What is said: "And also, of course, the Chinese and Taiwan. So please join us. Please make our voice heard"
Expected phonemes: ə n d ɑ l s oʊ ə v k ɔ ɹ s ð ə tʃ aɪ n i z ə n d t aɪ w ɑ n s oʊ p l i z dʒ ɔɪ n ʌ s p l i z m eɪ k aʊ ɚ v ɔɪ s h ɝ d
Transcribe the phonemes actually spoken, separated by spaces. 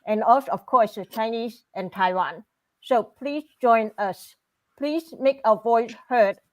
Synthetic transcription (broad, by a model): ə n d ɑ s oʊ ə f k ɔ s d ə tʃ aɪ n i s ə n t aɪ w ɑ n s oʊ p l i s dʒ ɔɪ n ʌ s p l i s m eɪ k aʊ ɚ v ɔɪ s h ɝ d